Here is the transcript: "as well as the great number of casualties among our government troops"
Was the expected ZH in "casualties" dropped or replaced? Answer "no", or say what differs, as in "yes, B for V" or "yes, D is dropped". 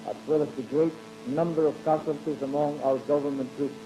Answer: yes, S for ZH